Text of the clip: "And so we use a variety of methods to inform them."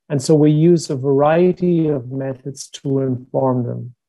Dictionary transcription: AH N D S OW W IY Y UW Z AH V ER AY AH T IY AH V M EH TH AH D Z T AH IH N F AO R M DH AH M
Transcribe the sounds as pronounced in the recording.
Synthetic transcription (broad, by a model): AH N S OW W IY Y UW Z AH V ER AY AH T IY AH V M EH TH AH D Z T AH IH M F AO R M DH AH M